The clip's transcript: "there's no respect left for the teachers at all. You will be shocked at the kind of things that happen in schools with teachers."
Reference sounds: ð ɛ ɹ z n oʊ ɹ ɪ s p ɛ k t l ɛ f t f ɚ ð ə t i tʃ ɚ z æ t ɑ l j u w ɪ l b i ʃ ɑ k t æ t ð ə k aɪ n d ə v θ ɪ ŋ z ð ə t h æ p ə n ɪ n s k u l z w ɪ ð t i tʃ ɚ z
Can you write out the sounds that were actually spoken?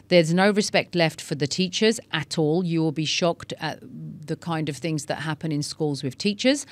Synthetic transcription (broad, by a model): ð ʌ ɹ z n oʊ ɹ ɪ s p ɛ k t l ɛ f t f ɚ ð ə t i tʃ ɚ z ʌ t ɑ l j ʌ w ɪ l b i ʃ ɑ k t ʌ t ð ə k aɪ n d ə v θ ɪ ŋ z ð ə t h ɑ p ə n ɪ n s k u l z w ɪ ð t i tʃ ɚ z